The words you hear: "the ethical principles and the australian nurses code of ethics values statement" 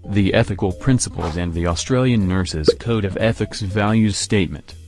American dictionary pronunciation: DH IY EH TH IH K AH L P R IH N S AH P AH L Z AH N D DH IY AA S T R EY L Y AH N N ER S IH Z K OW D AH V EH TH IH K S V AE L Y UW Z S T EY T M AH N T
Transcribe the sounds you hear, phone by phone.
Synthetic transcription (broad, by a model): DH IY EH TH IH K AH L P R IH N S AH P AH L Z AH N DH IY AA S T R EY L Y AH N N ER S IH Z K OW D AH V EH TH IH K S V AE L Y UW Z S T EY T M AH N T